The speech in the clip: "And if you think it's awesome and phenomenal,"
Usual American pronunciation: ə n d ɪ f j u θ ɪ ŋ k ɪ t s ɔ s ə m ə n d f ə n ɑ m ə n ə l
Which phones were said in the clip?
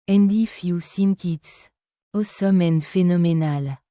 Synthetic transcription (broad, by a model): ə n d ɪ f j u s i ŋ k ɪ t s ɔ s ə m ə n f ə n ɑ m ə n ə l